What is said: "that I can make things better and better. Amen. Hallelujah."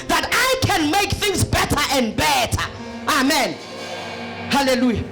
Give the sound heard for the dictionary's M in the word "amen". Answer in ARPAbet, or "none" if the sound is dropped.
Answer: M